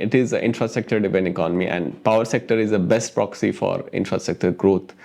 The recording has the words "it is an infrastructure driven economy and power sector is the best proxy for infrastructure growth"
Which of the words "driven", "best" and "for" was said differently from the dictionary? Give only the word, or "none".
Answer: driven